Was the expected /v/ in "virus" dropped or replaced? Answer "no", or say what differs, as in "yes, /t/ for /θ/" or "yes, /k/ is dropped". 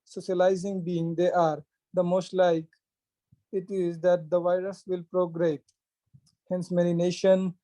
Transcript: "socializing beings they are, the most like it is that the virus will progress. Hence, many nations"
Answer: no